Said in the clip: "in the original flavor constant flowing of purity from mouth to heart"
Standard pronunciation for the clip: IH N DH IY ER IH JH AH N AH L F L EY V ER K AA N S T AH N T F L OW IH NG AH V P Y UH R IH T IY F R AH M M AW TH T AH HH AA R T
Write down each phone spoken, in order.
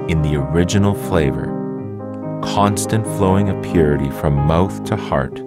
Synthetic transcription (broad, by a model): IH N DH IY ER IH JH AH N L F L EY V ER K AA N S T AH N T F L OW IH NG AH P Y UH R IH T IY F R AH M M AW TH T AH HH AA R T